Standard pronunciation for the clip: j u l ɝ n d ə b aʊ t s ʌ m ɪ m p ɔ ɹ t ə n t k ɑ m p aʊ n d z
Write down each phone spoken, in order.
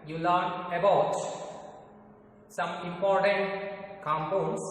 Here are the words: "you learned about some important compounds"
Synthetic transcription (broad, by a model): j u l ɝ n ə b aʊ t s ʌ m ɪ m p ɔ ɹ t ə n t k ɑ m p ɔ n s